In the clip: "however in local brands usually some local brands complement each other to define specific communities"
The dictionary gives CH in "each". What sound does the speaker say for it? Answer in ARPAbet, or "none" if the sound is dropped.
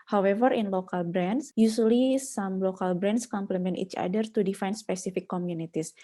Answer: CH